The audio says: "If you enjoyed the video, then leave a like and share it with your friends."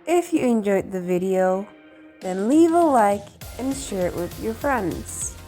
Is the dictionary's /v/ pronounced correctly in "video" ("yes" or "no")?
yes